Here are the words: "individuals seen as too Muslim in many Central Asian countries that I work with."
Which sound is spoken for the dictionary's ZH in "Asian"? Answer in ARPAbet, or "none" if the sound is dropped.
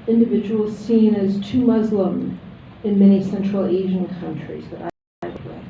ZH